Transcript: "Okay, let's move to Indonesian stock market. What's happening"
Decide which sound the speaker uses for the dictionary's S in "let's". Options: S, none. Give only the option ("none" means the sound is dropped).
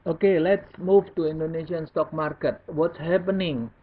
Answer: S